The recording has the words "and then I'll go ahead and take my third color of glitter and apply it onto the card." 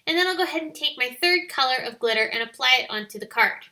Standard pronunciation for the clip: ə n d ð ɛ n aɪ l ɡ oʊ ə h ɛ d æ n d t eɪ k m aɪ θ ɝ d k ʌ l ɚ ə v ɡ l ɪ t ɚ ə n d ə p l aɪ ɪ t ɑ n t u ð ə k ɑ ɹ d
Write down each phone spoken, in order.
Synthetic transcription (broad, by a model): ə n ð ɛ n aɪ l ɡ oʊ ə h ɛ d n t eɪ k m aɪ θ ɝ d k ʌ l ɚ ə v ɡ l ɪ t ɚ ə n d ə p l aɪ ɪ t ɑ n t u ð ə k ɑ ɹ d